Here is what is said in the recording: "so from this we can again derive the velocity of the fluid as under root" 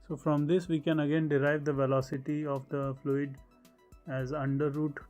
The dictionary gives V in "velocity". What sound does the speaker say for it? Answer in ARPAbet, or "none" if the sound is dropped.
V